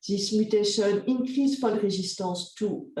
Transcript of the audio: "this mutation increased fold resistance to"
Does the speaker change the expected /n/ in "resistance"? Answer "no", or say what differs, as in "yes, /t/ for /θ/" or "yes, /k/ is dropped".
yes, /n/ is dropped